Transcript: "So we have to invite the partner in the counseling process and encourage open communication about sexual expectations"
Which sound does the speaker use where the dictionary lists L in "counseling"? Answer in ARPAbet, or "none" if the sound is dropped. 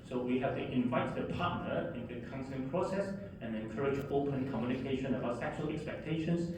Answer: none